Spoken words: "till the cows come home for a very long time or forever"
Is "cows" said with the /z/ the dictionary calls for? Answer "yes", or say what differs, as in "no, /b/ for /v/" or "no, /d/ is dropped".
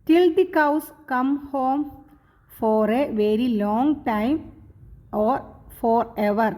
no, /s/ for /z/